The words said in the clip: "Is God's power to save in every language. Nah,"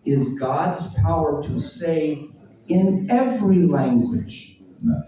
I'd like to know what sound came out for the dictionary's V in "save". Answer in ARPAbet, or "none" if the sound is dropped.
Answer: V